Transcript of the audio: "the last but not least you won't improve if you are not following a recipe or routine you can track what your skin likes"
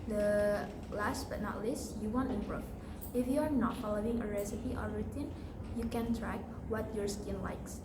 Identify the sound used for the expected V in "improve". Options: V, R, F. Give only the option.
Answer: F